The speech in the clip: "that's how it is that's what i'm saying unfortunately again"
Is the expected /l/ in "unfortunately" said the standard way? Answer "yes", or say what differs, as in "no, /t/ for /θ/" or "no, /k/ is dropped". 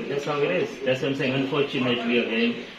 no, /w/ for /l/